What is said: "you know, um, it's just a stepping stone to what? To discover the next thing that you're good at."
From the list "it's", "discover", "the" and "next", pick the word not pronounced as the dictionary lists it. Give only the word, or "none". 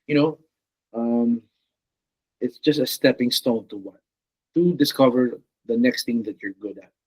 none